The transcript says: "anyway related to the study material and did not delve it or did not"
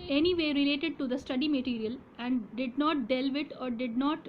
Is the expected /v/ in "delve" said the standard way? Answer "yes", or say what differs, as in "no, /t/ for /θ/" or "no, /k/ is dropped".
yes